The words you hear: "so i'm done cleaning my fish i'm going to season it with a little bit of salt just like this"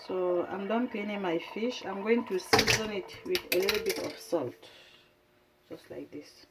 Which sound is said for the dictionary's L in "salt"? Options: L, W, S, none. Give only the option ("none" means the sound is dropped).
L